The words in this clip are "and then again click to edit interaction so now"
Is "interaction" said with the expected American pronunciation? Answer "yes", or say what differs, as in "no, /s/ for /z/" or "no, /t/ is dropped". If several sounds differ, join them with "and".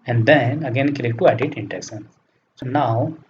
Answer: no, /s/ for /ʃ/